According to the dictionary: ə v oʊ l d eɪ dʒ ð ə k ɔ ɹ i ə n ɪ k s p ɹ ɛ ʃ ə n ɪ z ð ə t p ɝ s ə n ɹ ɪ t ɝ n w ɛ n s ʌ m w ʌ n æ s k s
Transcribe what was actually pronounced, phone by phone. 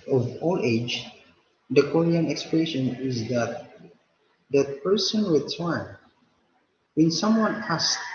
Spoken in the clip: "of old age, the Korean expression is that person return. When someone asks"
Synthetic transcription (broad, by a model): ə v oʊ l eɪ dʒ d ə k ɔ ɹ i ə n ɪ k s p ɹ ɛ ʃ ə n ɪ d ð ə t p ɝ s ə n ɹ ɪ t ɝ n w ɛ n s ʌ m w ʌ n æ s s